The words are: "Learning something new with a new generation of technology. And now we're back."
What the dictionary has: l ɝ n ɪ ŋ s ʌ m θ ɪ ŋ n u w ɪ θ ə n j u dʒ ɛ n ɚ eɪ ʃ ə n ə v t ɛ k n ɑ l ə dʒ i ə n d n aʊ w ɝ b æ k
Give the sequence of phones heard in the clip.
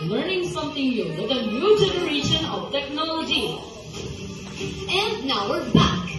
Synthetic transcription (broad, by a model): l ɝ n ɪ ŋ s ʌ m t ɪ ŋ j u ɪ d ə n j u dʒ ɛ n ɚ eɪ ʃ ə n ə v t ɛ k n ɑ l ə dʒ i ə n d n aʊ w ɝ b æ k